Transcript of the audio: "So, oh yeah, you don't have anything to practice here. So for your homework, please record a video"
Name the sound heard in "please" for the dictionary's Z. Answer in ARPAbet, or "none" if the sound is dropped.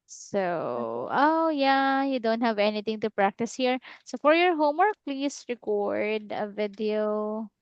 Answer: S